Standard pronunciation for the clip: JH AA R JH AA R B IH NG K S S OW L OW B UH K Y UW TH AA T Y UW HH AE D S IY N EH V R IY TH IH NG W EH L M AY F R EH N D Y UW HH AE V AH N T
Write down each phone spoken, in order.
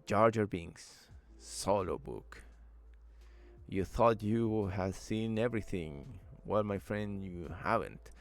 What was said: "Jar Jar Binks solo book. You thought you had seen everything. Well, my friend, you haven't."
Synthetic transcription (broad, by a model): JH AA R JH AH R B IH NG S S OW L OW B UH K Y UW TH AA T Y UW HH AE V S IY N EH V R IY TH IH NG W EH L M AY F R EH N D Y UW HH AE V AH N T